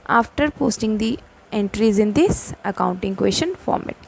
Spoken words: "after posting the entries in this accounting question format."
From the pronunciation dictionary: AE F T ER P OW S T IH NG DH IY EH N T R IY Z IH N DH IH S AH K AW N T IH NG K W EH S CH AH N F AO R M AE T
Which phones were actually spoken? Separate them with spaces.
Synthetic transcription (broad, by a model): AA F T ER P OW S T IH NG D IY EH N T R IY Z IH N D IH S AH K AW N T IH NG K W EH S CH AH N F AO R M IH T